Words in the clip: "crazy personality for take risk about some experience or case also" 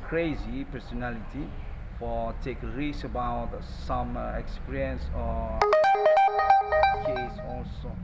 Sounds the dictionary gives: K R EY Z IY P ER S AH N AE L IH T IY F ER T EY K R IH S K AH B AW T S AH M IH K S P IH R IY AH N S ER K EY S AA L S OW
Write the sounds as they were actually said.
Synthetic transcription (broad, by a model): K R EY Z IY P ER S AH N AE L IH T IY F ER T EY K R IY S AH B AW T S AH M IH K S P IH R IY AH N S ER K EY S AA L S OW